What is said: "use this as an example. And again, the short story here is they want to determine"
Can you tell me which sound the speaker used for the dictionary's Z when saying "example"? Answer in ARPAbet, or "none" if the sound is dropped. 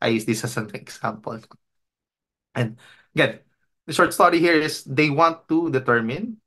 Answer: S